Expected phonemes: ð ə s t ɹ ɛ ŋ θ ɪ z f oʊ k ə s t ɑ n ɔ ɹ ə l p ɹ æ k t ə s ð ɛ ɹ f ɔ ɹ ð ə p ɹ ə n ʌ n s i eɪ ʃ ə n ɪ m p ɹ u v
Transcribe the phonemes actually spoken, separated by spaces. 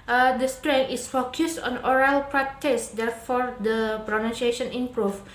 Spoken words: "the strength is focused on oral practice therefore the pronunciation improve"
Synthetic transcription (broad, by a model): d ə s t ɹ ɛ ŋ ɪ s f oʊ k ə s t ɑ n ɔ ɹ ə l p ɹ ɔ t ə s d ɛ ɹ f ɔ ɹ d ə p ɹ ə n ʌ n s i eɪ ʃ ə n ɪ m p ɹ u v